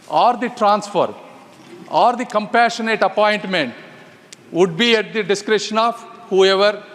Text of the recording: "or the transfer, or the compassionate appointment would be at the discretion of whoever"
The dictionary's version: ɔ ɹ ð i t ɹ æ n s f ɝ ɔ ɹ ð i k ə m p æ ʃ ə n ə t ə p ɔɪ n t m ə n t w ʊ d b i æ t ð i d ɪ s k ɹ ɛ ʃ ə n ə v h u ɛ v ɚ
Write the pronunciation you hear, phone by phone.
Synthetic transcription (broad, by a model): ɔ ɹ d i t ɹ æ n s f ɝ ɔ ɹ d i k ə m p æ ʃ ə n ə t ə p ɔɪ n t m ə n t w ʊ d b i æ t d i d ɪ s k ɹ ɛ ʃ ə n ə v h u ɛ v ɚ